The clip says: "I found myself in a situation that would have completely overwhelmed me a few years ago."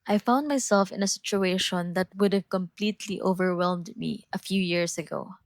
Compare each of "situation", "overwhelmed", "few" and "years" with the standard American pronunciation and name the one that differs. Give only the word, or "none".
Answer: years